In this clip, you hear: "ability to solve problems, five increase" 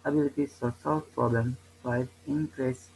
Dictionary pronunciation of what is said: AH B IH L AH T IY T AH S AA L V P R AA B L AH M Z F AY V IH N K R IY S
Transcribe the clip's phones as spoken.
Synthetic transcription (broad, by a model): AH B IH L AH T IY S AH S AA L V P R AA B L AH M F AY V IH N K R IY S